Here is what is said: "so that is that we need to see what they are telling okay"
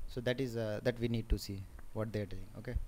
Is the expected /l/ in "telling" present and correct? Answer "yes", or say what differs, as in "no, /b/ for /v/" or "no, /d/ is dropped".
no, /l/ is dropped